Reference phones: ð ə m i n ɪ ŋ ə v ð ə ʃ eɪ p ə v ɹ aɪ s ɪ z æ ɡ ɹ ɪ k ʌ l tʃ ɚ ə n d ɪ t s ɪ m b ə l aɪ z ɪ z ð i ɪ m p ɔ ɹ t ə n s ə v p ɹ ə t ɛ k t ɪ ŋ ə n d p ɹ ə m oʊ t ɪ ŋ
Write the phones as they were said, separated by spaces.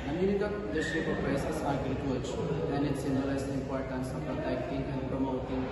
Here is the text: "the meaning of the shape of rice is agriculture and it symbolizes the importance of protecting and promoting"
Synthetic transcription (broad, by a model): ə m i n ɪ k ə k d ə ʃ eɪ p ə p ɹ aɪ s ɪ s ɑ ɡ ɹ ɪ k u tʃ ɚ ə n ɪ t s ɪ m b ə l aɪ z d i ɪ m p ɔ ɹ t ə n s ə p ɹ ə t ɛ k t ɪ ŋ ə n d p ɹ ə m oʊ t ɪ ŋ